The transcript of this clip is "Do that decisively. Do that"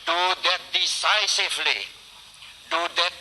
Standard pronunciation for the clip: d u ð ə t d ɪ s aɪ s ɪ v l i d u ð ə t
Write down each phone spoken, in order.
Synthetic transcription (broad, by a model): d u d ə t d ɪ s aɪ s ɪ f l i d u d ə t